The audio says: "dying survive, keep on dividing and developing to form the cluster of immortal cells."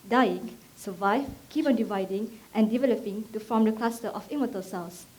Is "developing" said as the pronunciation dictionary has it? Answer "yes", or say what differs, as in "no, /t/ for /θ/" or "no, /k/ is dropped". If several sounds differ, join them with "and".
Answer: yes